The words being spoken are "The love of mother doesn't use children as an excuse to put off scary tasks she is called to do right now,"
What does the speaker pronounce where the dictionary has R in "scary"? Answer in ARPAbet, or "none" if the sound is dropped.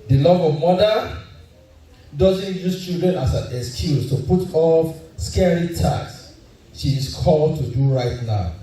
R